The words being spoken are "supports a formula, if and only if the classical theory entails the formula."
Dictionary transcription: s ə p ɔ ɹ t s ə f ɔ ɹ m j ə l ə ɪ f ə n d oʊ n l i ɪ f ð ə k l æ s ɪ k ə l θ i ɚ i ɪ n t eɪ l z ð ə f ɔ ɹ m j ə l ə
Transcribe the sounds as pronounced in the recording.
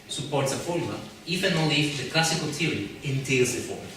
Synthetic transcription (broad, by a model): s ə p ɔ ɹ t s ə f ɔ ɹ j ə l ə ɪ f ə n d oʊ l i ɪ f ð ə k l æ s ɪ k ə l t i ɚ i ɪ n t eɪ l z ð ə f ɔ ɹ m